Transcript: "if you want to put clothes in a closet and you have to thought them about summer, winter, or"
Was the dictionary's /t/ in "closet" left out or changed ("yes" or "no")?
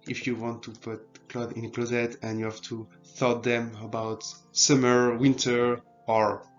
no